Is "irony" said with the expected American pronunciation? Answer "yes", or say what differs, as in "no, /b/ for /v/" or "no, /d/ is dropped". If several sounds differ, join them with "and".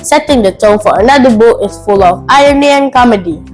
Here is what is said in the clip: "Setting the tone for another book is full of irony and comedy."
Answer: no, /ɹ/ is dropped